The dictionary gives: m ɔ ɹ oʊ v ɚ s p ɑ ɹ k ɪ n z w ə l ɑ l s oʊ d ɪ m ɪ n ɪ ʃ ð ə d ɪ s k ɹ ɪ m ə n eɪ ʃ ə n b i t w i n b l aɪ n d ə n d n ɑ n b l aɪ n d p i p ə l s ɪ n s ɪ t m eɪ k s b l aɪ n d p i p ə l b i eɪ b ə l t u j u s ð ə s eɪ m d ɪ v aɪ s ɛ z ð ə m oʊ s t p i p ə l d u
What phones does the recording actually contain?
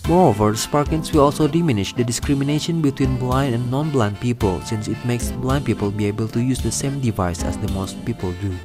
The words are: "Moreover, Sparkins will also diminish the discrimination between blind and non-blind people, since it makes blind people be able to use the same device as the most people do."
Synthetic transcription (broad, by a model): m ɔ ɹ oʊ v ɚ s p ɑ ɹ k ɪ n s w ə l ɑ l s oʊ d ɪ m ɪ n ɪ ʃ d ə d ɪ s k ɹ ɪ m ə n eɪ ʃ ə n b i t w i n b l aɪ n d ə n n ɑ n b l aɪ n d p i p ə l s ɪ n s ɪ t m eɪ k s b l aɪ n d p i p ə l b i eɪ b ə l t u j u s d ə s eɪ m d ɪ v aɪ s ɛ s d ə m oʊ s t p i p ə l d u